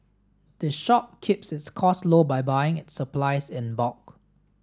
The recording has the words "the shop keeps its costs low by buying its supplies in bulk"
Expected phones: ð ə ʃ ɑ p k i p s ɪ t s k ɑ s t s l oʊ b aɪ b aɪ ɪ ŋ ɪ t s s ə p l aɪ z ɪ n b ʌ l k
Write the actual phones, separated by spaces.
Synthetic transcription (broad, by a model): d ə ʃ ɑ p k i p s ɪ t s k ɑ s s l oʊ b aɪ b aɪ ɪ ŋ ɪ t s s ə p l aɪ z ɪ n b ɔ k